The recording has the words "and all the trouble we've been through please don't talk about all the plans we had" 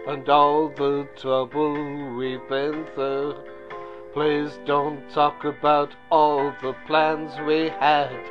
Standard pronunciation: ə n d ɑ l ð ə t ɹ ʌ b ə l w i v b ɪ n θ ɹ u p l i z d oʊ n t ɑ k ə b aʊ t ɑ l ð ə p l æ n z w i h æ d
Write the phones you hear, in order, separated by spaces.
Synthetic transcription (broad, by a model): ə n ɑ l ð ə t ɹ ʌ b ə l w i b ɪ n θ ʌ p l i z d oʊ n t ɑ k ə b aʊ t ɑ l ð ə p l æ n z w i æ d